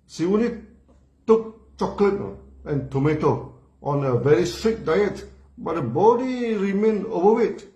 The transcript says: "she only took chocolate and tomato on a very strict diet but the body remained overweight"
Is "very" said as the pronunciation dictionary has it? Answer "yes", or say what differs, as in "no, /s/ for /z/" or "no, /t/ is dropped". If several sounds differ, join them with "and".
yes